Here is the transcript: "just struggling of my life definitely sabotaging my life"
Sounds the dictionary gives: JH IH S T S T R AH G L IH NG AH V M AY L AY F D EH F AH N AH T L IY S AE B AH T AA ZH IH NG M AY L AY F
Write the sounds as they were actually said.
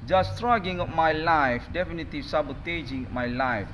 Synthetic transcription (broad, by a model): JH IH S S T R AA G IH NG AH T M AY L AY F D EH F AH N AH T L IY S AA B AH T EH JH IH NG M AY L AY F